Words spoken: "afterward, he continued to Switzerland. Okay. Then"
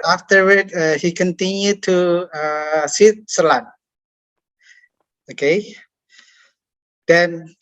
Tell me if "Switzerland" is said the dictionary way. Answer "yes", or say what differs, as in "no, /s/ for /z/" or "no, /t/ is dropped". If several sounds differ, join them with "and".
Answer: no, /d/ is dropped